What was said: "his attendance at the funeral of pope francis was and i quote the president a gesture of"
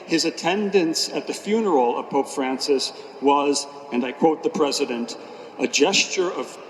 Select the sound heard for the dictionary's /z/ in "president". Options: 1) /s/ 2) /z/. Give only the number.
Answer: 2